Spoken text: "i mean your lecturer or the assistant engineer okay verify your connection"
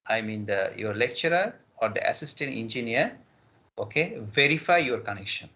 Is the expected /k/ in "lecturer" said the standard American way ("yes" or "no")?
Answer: yes